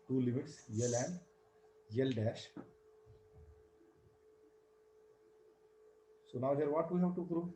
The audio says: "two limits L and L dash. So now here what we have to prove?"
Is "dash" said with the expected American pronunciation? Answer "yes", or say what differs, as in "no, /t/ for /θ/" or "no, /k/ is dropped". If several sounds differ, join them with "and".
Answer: yes